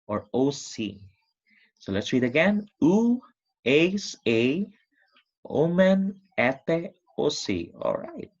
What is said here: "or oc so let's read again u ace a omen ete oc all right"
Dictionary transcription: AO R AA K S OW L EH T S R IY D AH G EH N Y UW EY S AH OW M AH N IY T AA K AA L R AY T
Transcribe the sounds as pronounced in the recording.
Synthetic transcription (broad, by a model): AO R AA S S OW L EH T S R IY D AH G EH N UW EY S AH OW M AH N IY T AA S AA L R AY T